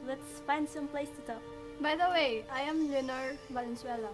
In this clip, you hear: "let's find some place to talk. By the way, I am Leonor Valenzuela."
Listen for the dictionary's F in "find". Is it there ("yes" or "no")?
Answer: no